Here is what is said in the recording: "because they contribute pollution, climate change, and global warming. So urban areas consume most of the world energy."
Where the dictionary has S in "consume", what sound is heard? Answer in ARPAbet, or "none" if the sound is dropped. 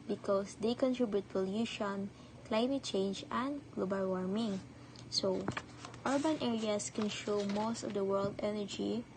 SH